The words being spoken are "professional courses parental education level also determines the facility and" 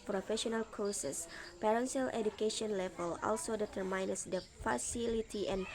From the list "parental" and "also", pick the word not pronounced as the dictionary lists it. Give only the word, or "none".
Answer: parental